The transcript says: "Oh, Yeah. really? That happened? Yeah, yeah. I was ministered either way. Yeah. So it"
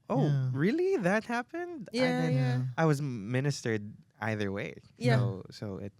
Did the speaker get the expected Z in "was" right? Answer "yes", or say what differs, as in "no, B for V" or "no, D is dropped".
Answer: yes